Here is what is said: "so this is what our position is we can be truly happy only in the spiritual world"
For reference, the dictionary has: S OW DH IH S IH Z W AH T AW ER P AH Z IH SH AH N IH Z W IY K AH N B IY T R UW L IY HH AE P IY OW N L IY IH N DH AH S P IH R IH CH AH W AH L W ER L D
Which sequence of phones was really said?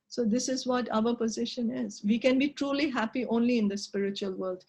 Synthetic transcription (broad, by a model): S OW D IH S IH Z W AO T AW ER P AH Z IH SH AH N IH Z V IY K AH N B IY T R UW L IY HH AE P IY OW N L IY IH N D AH S P IH R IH CH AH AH L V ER L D